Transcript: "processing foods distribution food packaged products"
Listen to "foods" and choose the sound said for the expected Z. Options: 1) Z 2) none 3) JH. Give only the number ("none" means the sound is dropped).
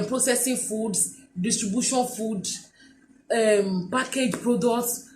2